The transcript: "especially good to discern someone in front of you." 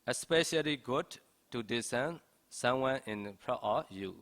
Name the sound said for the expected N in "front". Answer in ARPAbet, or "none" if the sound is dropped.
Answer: none